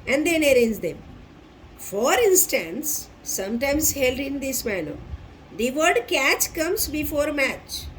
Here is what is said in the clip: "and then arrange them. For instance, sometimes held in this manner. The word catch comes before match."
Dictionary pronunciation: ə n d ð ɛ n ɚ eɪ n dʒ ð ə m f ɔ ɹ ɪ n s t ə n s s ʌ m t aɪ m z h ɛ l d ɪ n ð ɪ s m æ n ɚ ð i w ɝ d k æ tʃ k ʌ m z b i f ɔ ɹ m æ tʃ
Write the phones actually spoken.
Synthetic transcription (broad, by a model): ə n d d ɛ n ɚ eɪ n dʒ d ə m f ɔ ɹ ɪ n s t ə n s s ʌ m t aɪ m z h ɛ l d ɪ n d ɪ s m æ l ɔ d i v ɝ d k æ tʃ k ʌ m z b i f ɔ ɹ m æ tʃ